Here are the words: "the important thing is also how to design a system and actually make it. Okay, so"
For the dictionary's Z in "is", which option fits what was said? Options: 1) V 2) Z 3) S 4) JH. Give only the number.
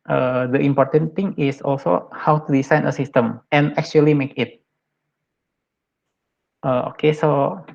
3